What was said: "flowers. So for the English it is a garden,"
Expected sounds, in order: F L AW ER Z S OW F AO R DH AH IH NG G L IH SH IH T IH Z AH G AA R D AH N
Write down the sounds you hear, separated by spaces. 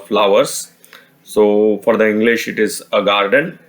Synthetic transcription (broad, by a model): F L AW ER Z S OW F AO R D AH IH NG G L IH SH IH T IH Z AH G AA R D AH N